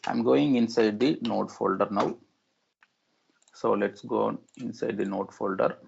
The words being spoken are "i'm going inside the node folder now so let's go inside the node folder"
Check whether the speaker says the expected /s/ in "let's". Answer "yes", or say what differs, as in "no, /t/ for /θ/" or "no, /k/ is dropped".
yes